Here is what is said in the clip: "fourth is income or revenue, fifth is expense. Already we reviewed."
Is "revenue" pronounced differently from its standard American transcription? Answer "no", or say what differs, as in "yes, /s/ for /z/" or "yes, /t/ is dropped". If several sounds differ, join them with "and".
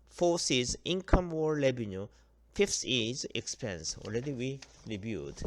yes, /l/ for /ɹ/ and /b/ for /v/